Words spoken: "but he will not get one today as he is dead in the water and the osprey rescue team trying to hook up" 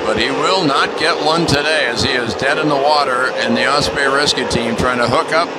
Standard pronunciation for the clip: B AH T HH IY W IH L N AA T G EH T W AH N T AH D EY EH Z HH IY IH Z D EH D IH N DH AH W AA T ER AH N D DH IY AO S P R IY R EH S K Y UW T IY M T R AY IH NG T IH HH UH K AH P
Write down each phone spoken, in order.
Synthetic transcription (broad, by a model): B AH T HH IY W IH L N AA T G EH T W AH N T AH D EY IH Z IY IH Z D EH D IH N DH AH W AA T ER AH N DH IY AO S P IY R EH S K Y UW T IY M T R AY IH NG T IH HH UH K AH P